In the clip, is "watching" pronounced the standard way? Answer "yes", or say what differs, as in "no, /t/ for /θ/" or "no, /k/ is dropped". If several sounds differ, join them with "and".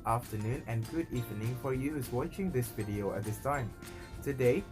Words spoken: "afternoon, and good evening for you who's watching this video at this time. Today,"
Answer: yes